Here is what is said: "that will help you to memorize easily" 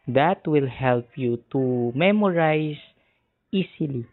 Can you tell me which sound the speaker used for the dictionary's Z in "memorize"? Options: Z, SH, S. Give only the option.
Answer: S